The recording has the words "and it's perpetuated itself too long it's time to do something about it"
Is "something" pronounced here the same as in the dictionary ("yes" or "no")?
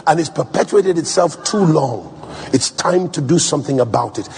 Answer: yes